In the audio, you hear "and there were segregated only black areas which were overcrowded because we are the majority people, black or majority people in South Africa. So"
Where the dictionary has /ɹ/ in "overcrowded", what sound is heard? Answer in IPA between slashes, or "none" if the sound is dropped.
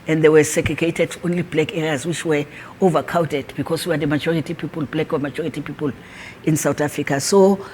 none